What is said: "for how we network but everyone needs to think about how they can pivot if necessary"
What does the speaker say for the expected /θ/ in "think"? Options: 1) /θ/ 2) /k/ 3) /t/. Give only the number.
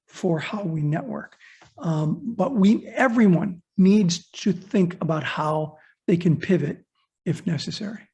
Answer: 1